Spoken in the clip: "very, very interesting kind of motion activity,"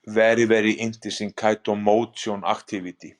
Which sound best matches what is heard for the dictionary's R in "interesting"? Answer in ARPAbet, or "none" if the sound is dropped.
none